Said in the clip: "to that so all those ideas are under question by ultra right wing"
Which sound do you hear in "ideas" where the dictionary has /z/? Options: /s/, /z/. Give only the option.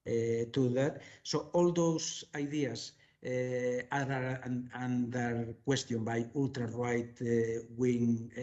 /s/